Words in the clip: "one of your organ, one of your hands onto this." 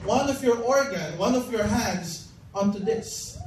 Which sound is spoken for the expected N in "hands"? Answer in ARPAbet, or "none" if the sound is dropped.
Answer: N